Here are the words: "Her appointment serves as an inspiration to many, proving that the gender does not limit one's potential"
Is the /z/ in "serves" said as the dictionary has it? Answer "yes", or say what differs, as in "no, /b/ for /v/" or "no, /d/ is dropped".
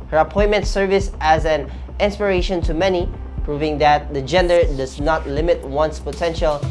no, /s/ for /z/